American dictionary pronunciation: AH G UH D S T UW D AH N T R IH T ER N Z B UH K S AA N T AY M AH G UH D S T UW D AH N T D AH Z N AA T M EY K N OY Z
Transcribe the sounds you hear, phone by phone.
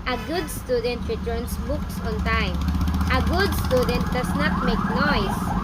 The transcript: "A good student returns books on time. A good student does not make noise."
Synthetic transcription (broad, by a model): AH G UH D S T UW D AH N T R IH T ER N S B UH K S AA N T AY M AH G UH D S T UW D AH N T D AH S N AA T M EY K N OY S